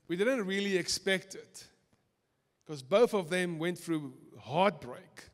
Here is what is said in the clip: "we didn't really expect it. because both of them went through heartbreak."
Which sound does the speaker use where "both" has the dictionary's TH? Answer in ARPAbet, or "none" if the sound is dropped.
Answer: TH